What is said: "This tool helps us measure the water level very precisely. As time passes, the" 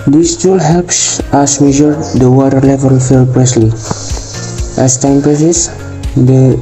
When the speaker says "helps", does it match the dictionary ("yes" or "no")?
yes